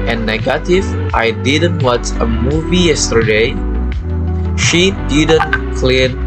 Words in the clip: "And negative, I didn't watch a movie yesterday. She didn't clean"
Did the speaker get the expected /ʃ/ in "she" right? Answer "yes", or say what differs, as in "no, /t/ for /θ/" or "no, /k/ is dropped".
yes